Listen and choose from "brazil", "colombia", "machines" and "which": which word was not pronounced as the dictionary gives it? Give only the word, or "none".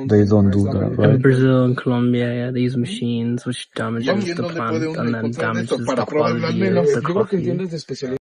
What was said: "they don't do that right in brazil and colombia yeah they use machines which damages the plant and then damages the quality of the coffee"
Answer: none